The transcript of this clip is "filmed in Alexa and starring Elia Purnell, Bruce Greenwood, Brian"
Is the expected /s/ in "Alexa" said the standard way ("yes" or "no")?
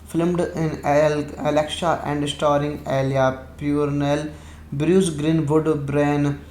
no